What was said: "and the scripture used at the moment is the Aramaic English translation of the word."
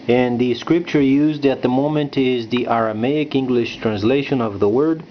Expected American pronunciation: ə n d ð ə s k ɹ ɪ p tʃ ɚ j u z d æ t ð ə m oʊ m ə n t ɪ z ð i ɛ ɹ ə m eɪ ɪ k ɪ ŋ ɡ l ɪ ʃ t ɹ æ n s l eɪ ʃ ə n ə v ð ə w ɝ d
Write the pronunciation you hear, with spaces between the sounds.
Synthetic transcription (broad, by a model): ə n ð ə s k ɹ ɪ p tʃ ɚ j u z d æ t ð ə m oʊ m ə n t ɪ z ð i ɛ ɹ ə m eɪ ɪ k ɪ ŋ ɡ l ɪ ʃ t ɹ æ n s l eɪ ʃ ə n ə v ð ə w ɝ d